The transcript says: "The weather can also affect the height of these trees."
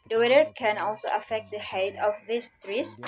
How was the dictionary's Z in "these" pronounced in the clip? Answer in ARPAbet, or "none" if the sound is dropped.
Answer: S